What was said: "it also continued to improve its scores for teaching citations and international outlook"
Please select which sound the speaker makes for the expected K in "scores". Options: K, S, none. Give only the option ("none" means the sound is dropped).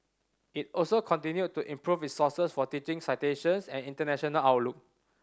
none